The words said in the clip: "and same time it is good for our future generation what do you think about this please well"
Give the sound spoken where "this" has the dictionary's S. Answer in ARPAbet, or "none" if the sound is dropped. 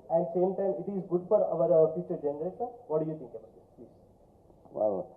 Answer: none